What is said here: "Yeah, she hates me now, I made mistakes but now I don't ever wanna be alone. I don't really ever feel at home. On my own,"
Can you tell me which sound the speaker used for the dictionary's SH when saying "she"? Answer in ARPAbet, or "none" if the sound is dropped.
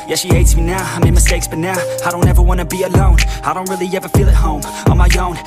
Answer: SH